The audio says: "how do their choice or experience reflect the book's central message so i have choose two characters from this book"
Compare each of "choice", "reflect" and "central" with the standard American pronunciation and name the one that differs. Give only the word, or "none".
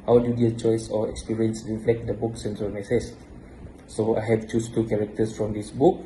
central